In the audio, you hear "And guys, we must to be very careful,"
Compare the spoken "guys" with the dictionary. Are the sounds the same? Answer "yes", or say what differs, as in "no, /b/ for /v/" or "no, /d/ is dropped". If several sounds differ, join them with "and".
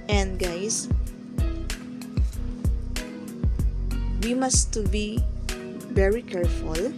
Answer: no, /s/ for /z/